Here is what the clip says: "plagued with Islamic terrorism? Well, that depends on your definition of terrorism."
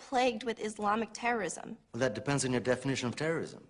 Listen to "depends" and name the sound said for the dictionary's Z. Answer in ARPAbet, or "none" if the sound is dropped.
Z